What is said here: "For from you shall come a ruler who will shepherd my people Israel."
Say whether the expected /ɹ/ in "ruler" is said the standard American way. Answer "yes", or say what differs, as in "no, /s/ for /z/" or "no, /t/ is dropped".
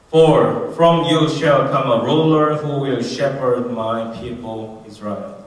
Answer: yes